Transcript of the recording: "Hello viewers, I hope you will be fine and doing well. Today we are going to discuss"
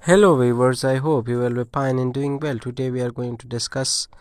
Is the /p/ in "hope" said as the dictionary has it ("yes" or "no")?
yes